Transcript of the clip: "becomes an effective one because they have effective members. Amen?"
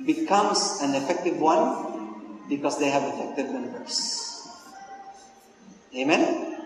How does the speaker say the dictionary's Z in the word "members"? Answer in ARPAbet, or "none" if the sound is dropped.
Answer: S